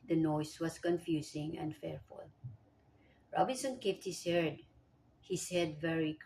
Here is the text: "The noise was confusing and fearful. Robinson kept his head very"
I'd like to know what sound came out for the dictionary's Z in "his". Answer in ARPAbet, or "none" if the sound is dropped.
S